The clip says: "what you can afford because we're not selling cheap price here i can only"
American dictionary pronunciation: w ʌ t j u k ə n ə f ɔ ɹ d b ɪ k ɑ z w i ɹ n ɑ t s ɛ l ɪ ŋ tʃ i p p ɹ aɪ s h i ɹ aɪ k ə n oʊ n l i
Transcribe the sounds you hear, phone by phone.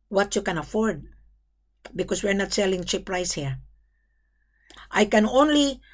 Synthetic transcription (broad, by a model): w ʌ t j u k ə n ə f ɔ ɹ d b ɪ k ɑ s w i ɹ n ɑ t s ɛ l ɪ ŋ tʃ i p p ɹ aɪ s h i ɹ aɪ k ə n oʊ n l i